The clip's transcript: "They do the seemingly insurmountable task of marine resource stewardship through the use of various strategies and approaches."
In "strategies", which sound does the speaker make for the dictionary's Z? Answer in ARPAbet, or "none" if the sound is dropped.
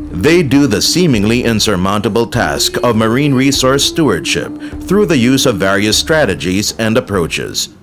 Z